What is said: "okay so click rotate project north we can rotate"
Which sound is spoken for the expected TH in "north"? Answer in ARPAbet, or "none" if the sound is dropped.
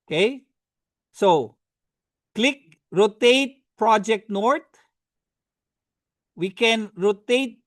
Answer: T